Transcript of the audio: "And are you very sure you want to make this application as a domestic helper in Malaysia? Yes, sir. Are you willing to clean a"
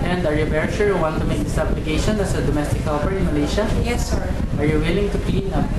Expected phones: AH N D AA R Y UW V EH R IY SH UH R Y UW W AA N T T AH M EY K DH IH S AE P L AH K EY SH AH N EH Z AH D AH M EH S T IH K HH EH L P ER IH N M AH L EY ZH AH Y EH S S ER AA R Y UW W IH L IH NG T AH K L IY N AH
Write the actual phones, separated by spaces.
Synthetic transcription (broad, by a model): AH N D AA R Y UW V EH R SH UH R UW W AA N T T AH M EY K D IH S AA B L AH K EY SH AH N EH S AH D AH M EH S T IH K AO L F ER IH N M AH L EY SH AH Y EH S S AA R Y UW W IH L IH NG T AH K L IY N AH